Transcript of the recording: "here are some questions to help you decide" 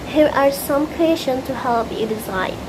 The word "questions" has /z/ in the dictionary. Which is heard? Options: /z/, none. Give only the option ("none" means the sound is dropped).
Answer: none